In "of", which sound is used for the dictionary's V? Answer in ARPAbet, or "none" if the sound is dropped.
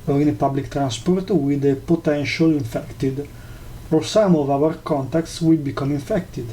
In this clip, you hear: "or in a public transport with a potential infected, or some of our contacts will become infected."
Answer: V